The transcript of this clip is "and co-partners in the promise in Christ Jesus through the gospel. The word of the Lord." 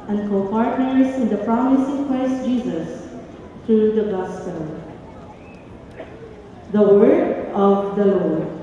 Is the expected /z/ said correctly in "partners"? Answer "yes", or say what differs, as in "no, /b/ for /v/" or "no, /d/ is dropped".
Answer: no, /s/ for /z/